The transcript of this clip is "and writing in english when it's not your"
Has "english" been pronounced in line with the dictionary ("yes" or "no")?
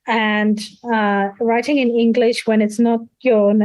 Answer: yes